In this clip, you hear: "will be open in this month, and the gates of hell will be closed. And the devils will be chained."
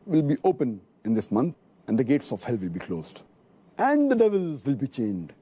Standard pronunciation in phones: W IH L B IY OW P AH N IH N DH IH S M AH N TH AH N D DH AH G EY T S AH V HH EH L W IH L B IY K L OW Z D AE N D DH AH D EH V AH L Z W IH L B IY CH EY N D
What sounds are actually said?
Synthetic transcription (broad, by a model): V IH L B IY OW P AH N IH N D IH S M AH N T AH N D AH G EY T S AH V HH EH L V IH L B IY K L OW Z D AE N D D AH D EH V AH L Z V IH L B IY CH EY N D